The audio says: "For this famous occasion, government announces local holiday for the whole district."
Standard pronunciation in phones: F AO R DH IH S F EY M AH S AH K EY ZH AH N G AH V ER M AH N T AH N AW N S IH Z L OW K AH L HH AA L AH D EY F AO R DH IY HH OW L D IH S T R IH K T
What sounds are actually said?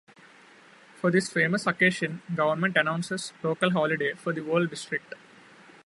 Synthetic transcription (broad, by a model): F AO R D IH S F EY M AH S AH K EY SH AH N G AH V ER M AH N T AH N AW N S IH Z L OW K AH L HH AA L AH D EY F AO R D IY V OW L D IH S T R IH K T